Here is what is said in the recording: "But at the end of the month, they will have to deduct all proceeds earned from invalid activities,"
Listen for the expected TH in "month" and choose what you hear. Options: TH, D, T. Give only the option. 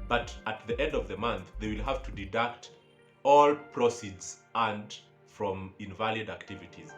TH